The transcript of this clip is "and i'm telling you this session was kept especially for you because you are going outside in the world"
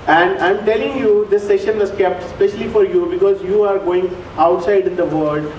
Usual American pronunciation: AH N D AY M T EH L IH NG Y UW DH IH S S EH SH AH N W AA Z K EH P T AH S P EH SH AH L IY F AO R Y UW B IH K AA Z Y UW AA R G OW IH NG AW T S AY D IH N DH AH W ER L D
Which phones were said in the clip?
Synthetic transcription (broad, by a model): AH N D AY M T EH L IH NG Y UW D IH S S EH SH AH N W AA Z K EH P T S P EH SH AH L IY F AO R Y UW B IH K AA Z Y UW AA R G OW IH NG AW T S AY D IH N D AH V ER L D